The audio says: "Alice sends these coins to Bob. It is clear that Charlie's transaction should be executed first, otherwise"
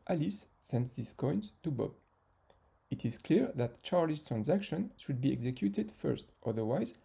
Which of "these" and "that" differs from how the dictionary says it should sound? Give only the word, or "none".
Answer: these